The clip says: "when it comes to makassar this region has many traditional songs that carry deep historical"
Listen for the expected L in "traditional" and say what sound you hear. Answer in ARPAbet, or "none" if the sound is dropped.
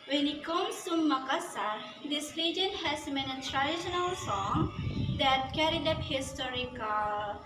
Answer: L